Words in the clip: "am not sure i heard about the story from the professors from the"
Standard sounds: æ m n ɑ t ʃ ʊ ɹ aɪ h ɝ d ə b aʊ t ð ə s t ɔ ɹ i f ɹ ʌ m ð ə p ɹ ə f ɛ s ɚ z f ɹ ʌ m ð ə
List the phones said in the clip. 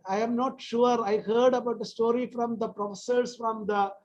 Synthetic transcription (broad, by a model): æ m n ɑ t ʃ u ɹ aɪ h ɝ d ə b aʊ t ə s t ɔ ɹ i f ɹ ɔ m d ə p ɹ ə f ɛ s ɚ s f ɹ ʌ m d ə